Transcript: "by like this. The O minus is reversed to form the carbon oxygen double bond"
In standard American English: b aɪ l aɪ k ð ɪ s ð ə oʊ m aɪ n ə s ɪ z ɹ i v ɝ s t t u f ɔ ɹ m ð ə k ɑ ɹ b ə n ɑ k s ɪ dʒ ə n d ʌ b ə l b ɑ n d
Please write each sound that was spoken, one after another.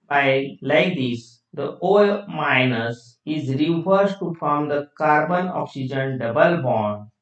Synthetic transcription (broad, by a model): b aɪ l aɪ k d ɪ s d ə oʊ m aɪ n ə s ɪ z ɹ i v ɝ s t t u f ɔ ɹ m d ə k ɑ ɹ b ə n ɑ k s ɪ dʒ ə n d ʌ b ə l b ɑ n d